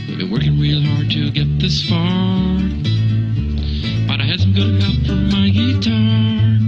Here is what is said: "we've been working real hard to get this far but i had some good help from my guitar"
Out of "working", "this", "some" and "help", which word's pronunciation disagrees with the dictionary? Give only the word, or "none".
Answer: help